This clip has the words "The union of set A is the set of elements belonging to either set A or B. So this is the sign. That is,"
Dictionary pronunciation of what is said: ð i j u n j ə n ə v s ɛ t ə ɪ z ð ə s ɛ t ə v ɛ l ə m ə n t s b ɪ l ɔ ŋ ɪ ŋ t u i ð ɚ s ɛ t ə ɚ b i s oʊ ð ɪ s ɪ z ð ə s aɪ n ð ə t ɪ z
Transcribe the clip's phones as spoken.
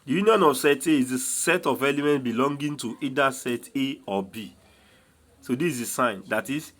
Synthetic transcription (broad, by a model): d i j u n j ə n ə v s ɛ t ə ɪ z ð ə s ɛ t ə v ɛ l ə m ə n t b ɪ l ɔ ŋ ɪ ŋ t u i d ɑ s ɛ t ə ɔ b i s oʊ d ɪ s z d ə s aɪ n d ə t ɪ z